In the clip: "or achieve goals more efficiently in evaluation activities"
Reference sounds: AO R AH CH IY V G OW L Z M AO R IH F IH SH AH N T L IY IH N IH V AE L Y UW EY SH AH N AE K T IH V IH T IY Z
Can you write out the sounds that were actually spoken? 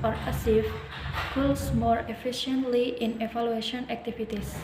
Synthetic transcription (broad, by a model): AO R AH S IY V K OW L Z M AO R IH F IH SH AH N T L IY IH N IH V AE L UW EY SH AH N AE K T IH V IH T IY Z